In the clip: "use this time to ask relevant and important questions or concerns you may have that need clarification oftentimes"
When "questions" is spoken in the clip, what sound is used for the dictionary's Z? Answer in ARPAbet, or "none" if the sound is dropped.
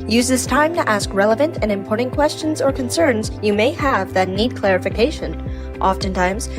Z